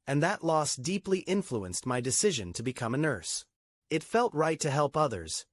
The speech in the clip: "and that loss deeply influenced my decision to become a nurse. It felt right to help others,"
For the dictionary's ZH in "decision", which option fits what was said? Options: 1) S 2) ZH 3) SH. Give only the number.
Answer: 2